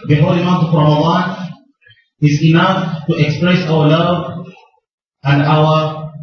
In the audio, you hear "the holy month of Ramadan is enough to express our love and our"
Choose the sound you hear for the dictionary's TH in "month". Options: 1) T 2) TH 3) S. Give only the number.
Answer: 1